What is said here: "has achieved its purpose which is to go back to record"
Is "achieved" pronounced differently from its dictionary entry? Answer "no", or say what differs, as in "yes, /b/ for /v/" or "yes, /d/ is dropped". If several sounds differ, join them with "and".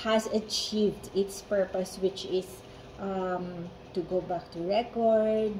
no